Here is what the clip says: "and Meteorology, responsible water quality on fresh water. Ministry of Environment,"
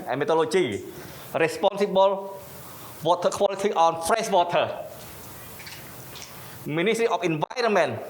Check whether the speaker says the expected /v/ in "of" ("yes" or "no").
no